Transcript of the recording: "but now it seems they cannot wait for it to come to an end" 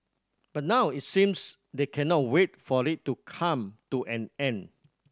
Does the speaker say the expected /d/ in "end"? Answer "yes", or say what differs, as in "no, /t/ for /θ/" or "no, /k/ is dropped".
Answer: no, /d/ is dropped